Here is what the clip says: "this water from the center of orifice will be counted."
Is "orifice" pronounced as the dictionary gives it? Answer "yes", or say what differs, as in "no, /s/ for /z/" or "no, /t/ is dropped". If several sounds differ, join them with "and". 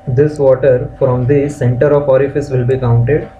yes